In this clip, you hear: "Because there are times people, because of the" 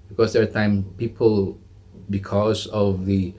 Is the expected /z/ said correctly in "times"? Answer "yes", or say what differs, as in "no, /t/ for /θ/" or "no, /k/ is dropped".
no, /z/ is dropped